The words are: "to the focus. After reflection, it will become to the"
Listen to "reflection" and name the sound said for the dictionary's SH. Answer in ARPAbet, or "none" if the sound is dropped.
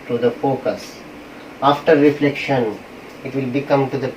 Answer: SH